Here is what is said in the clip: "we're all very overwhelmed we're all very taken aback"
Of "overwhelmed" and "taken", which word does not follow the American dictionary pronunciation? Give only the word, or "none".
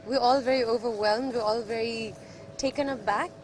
none